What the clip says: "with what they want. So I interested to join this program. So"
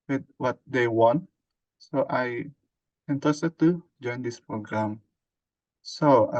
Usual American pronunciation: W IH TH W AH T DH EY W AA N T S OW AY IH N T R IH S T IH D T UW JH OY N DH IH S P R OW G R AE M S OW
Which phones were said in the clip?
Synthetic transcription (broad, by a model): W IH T W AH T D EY W AA N T S OW AY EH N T IH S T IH T UW JH OY N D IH S P R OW G R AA M S OW